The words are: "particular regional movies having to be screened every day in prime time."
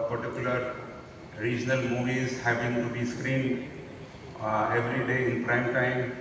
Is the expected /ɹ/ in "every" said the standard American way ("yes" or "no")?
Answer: yes